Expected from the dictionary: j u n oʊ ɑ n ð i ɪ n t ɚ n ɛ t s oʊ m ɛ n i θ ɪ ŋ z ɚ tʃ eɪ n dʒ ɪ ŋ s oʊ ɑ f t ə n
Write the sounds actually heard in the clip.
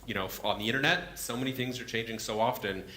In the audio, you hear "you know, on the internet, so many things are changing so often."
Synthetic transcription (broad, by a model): j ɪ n oʊ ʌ n ð i ɪ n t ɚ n ɛ t s oʊ m ɛ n i θ ɪ ŋ z ɚ tʃ eɪ n dʒ ɪ ŋ s oʊ ɑ f t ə n